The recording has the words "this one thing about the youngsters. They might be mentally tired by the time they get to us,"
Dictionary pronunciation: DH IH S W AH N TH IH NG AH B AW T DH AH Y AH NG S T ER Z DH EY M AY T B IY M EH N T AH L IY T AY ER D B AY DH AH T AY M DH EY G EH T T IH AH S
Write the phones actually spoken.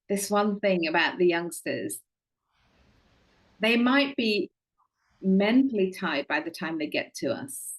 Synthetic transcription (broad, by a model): DH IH S W AH N TH IH NG AH B AW T DH AH Y AH NG S T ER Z DH EY M AY T B IY M EH N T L IY T AY D B AY DH AH T AY M DH EY G EH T T IH AH S